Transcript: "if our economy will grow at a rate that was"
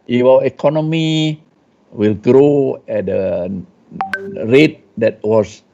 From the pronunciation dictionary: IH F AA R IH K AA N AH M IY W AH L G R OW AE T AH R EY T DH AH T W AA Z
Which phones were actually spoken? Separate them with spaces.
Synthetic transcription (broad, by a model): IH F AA W IH K AA N AH M IY W AH L G R OW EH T AH R EY T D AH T W AA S